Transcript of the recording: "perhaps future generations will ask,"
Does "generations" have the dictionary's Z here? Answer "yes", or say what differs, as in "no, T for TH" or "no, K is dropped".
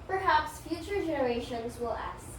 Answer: yes